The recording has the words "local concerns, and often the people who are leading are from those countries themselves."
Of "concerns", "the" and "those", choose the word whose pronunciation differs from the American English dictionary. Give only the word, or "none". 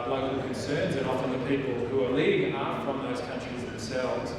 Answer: none